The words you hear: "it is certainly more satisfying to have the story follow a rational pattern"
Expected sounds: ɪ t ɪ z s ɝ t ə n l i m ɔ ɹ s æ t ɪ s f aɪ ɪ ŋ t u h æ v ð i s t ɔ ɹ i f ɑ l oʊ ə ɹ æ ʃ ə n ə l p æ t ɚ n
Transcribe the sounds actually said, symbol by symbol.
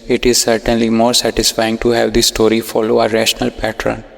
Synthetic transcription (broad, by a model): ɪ t ɪ z s ɝ t ə n l i m ɔ ɹ s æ t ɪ s f aɪ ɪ ŋ t u h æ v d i s t ɔ ɹ i f ɑ l oʊ ə ɹ æ ʃ ə n ə l p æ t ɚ n